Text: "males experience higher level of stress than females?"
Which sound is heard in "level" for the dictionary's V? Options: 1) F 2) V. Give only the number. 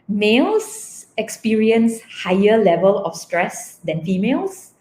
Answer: 2